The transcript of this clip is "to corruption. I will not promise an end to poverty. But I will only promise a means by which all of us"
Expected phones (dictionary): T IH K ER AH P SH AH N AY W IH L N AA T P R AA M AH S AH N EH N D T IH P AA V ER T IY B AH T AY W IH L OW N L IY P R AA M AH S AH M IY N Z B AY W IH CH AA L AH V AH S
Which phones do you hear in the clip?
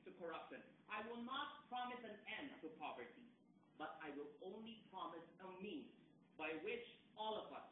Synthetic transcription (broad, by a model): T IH K ER AH P SH AH N AY W IH L N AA T P R AA M AH S AH N EH N D T IH P AA V ER T IY B AH T AY W IH L OW N L IY P R AA M AH S AH M IY N Z B AY W IH CH AA L AH V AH S